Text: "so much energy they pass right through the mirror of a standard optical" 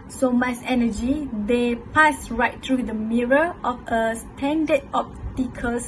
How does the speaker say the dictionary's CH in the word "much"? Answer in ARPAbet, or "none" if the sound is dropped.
S